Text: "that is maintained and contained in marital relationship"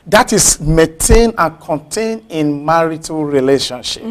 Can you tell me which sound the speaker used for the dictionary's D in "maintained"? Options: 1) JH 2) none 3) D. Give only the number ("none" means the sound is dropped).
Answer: 2